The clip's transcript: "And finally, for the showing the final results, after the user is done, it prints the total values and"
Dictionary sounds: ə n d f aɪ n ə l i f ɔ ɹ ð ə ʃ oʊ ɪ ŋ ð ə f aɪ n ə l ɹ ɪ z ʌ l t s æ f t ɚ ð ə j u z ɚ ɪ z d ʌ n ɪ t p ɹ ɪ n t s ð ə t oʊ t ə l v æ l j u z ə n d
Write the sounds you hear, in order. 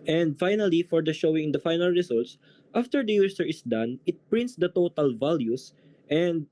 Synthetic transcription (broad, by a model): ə n d f aɪ n ə l i f ɔ ɹ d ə ʃ oʊ ɪ ŋ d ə f aɪ n ə l ɹ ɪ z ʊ l t s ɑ f t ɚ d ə j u s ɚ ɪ s d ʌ n ɪ t p ɹ ɪ n t s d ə t oʊ t ə l v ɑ l j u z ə n d